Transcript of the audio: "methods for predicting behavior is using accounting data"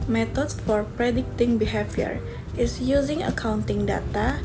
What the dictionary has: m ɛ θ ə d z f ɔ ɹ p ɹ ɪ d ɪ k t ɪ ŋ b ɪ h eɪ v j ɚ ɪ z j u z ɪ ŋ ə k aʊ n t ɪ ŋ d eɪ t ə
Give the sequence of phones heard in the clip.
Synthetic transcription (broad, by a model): m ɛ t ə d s f ɔ ɹ p ɹ ɪ d ɪ k t ɪ ŋ b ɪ h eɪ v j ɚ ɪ s j u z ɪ ŋ ə k aʊ n t ɪ ŋ d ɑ t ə